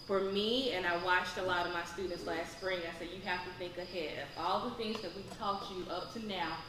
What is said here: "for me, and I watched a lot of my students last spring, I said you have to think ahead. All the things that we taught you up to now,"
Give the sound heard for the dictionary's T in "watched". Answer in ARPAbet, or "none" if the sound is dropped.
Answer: T